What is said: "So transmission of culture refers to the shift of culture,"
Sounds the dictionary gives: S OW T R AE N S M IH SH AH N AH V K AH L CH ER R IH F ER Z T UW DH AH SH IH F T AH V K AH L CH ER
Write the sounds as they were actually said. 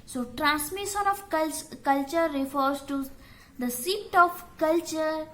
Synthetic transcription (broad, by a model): S OW T R AE N S M IH SH AH N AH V K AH L CH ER R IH F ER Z T UW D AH S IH T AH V K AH L CH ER